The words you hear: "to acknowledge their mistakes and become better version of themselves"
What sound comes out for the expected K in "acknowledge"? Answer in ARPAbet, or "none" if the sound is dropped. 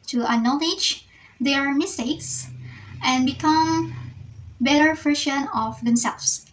none